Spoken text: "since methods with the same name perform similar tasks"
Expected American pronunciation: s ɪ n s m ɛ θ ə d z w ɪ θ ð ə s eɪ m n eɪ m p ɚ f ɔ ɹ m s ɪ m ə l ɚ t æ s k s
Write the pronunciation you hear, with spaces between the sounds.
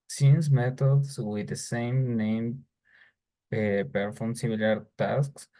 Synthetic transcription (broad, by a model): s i n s m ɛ t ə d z w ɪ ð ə s eɪ m n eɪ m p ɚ f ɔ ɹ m s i m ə l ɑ t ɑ s k s